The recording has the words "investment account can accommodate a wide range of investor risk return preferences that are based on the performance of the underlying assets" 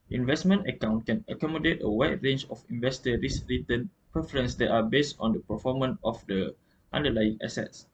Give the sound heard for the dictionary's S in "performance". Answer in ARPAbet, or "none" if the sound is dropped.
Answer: none